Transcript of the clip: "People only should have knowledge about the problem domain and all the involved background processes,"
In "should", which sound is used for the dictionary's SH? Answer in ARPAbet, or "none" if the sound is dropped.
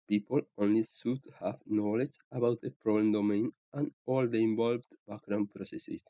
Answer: S